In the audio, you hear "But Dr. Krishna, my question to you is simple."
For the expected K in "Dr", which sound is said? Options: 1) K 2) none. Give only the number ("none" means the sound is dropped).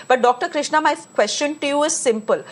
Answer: 1